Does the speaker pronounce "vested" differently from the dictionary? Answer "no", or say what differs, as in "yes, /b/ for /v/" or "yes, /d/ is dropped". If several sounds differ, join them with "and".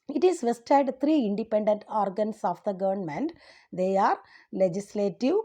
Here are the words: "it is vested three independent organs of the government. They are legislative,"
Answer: no